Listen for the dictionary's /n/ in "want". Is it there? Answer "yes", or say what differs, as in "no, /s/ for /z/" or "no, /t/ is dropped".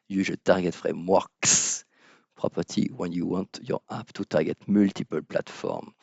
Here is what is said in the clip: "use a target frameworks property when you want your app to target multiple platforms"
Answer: yes